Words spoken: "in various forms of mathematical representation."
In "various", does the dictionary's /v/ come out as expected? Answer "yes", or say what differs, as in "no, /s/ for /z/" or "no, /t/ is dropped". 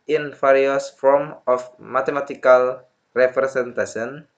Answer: no, /f/ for /v/